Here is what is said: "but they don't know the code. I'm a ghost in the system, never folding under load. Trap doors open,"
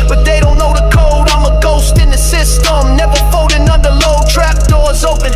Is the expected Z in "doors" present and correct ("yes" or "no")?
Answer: yes